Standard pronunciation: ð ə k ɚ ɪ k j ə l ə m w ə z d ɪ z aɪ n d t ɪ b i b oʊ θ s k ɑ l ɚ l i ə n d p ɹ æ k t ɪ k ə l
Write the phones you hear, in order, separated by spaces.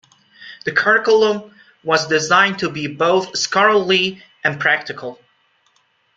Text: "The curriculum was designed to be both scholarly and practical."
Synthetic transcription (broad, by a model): ð ə k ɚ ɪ k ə l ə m w ə z d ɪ z aɪ n t ɪ b i b oʊ θ s k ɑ l l i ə n p ɹ æ k t ɪ k ə l